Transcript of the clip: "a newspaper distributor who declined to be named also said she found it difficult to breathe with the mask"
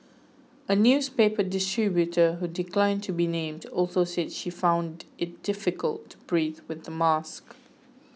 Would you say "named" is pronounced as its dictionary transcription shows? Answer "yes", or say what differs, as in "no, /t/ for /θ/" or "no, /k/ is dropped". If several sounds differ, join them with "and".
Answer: yes